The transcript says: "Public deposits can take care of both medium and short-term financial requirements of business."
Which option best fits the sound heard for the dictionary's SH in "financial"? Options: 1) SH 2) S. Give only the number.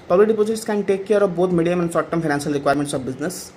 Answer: 2